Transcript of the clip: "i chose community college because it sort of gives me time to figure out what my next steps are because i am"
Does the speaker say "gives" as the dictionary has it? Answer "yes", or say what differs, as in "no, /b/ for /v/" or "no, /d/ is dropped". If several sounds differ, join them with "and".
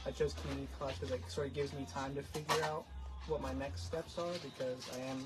yes